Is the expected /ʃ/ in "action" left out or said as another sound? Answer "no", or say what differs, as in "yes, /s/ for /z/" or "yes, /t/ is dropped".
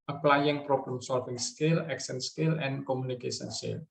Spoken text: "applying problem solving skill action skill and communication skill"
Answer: yes, /s/ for /ʃ/